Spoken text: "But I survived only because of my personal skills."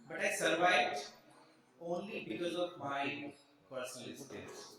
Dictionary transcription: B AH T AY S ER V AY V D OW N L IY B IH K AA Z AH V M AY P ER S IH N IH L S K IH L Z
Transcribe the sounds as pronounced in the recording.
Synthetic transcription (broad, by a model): B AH T AY S ER V AY V D OW N L IY B IH K AA Z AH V M AY P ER S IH N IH L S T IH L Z